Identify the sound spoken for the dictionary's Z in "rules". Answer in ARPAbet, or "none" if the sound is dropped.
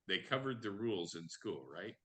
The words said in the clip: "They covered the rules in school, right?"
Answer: Z